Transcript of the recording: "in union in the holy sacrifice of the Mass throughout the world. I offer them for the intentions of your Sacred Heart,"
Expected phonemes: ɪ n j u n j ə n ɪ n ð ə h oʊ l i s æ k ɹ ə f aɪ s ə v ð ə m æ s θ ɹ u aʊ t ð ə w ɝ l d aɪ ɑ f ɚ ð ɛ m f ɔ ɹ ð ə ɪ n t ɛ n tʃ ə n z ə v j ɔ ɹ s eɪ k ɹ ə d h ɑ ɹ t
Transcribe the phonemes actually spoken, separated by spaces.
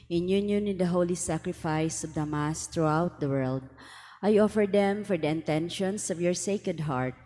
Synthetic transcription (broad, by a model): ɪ n j u n j ə n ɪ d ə h oʊ l i s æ k ɹ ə f aɪ s ə v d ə m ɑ s t ɹ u aʊ t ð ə w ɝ l d aɪ ɑ f ɚ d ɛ m f ɔ ɹ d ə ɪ n t ɛ n ʃ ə n s ə v j ɔ ɹ s eɪ k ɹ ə d h ɑ ɹ t